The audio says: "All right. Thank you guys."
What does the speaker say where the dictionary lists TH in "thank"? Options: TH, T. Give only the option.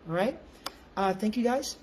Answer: TH